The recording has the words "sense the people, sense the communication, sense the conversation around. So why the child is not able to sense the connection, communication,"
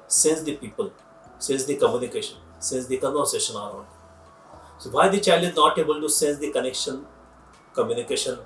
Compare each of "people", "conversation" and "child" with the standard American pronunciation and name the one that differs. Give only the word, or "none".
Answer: conversation